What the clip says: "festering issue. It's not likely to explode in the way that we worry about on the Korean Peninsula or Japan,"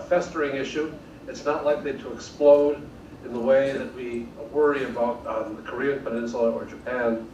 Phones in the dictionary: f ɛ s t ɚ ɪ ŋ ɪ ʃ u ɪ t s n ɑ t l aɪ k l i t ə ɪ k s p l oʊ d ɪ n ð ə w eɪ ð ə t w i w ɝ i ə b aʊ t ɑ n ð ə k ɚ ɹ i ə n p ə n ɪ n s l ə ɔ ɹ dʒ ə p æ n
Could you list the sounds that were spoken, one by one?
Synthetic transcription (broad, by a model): f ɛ s t ɚ ɪ ŋ ɪ ʃ u ɪ t s n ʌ t l aɪ k l i t ə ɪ k s p l oʊ d ɪ n ð ə w eɪ ð ə t w i w ɝ i ə b aʊ t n ð ə k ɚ ɹ i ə n p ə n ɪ n ʃ l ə ɹ dʒ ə p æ n